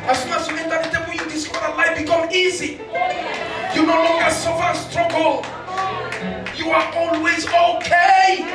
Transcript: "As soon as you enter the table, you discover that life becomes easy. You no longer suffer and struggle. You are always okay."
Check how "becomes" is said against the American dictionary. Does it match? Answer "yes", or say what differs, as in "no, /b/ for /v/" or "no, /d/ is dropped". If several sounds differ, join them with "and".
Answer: no, /z/ is dropped